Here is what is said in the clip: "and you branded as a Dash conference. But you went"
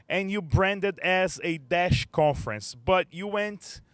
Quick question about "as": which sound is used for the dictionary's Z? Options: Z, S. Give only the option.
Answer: Z